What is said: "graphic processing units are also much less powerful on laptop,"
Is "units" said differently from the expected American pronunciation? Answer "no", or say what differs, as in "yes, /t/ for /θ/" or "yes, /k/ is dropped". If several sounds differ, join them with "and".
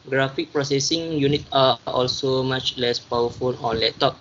yes, /s/ is dropped